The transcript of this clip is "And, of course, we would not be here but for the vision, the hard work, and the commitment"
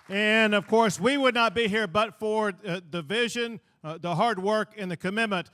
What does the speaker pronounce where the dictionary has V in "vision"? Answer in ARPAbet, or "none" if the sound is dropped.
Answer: V